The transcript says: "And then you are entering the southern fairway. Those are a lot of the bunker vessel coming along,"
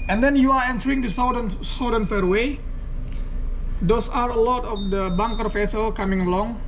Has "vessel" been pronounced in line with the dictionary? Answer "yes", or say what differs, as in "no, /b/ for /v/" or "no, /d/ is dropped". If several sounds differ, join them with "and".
no, /f/ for /v/